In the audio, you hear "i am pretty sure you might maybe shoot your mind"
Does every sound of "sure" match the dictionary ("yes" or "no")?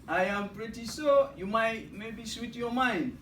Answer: no